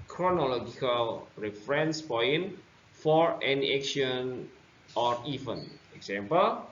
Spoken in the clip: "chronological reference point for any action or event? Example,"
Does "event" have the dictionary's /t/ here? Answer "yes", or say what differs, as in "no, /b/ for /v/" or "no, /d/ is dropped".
no, /t/ is dropped